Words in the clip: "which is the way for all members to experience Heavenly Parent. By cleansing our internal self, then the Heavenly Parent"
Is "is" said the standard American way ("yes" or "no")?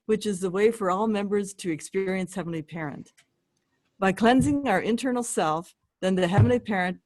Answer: yes